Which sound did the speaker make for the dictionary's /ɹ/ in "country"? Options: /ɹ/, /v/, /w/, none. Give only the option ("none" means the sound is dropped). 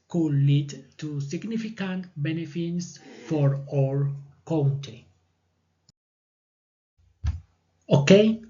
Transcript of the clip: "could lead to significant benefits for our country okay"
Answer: none